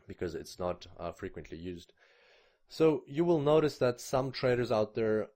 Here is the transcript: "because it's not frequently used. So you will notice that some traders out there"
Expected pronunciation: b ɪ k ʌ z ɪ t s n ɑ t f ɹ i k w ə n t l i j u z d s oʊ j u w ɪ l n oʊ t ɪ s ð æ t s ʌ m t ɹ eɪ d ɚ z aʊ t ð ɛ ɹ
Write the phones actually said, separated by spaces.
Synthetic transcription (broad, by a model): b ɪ k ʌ z ɪ t s n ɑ t f ɹ i k w ə n t l i j u z d s oʊ j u w ɪ l n oʊ t ɪ s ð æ t s ʌ m t ɹ eɪ d ɚ z aʊ t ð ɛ ɹ